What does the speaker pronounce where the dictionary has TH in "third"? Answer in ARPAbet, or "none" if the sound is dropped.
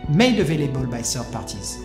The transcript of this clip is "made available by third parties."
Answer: S